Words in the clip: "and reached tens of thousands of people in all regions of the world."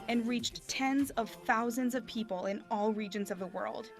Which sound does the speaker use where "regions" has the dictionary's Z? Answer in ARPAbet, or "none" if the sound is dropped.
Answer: Z